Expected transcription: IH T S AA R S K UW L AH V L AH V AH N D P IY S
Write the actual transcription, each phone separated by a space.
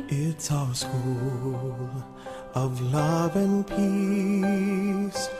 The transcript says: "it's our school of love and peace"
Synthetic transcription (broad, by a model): IH T S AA S K UW L AH V L AH V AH N P IY S